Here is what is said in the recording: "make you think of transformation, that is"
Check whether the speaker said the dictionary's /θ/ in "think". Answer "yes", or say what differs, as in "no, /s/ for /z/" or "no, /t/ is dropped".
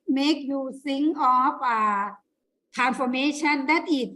no, /s/ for /θ/